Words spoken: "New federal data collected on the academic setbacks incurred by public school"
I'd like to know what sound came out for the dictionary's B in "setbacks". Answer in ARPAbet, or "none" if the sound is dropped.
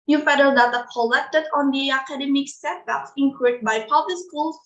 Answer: none